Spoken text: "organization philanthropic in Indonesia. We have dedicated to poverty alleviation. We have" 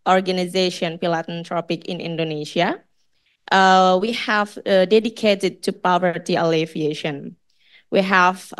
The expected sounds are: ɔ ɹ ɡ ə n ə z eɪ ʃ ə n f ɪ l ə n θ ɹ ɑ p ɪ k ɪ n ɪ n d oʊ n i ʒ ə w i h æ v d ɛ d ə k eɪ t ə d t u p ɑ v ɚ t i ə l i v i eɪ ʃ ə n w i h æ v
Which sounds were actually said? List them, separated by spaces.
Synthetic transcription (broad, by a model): ɔ ɹ ɡ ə n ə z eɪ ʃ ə n p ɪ l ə n t ɹ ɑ p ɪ k ɪ n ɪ n d oʊ n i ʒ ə w i h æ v d ɛ d ə k eɪ t ə d t u p ɑ v ɚ t i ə l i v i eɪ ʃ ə n w i h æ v